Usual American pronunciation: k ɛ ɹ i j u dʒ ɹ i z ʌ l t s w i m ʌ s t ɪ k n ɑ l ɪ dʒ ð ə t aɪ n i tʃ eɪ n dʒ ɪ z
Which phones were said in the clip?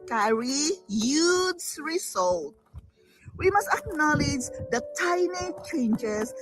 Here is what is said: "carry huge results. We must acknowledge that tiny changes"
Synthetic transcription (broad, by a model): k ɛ ɹ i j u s ɹ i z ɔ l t w i m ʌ s t ɪ k n ɑ l ɪ dʒ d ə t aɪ n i tʃ eɪ n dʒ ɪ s